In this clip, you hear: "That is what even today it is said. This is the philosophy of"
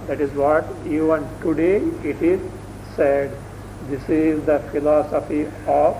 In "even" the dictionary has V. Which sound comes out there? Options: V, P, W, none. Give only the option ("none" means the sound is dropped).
none